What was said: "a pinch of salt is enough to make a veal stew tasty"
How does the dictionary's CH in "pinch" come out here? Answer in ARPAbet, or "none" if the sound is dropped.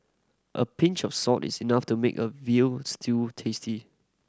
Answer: CH